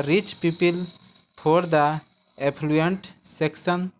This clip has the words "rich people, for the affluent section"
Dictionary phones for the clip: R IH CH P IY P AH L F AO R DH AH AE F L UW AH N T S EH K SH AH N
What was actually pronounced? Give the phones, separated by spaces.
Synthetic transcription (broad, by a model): R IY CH P IY P AH L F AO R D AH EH P L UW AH N T S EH K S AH N